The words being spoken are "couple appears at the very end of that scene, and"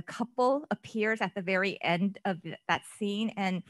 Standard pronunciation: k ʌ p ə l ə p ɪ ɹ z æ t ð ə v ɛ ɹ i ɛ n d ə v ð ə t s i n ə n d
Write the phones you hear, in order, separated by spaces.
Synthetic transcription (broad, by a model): k ʌ p l ə p ɪ ɹ z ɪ t ð ə v ɛ ɹ i ɛ n d ə v ð ə t s i n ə n